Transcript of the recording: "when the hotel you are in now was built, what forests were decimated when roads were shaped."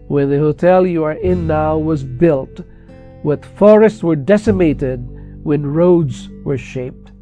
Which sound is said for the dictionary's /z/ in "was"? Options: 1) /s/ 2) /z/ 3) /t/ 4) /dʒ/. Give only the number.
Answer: 2